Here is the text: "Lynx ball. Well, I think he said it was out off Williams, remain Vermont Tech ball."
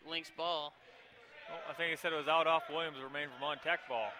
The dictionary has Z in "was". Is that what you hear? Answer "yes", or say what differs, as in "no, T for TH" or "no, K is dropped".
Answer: yes